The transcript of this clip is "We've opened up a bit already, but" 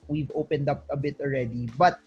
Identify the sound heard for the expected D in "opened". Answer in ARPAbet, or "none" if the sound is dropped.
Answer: D